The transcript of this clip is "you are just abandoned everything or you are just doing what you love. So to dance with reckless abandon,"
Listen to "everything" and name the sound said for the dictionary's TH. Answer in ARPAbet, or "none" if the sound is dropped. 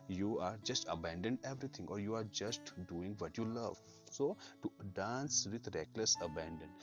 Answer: T